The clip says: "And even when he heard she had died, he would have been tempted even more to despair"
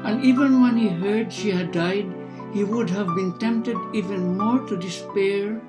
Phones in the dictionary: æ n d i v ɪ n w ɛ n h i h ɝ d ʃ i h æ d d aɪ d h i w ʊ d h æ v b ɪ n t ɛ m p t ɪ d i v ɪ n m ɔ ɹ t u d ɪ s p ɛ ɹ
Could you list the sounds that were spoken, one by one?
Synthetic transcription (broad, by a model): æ n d i v ɪ n w ɛ n h i h ɝ d ʃ i h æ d d aɪ d h i w ʊ d h æ v b ɪ n t ɛ m p t ɪ d i v ɪ n m ɔ ɹ t u d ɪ s p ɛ ɹ